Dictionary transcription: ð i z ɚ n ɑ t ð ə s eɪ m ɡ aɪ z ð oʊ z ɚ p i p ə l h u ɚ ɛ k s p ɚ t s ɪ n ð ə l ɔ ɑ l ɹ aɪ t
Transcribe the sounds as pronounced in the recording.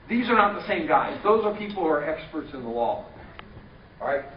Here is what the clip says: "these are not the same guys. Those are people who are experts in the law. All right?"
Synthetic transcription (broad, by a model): ð i z ɚ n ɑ t ð ə s eɪ m ɡ aɪ z ð oʊ z ɚ p i p l h u ɚ ɛ k s p ɚ t s ɪ n ð ə l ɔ ɑ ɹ aɪ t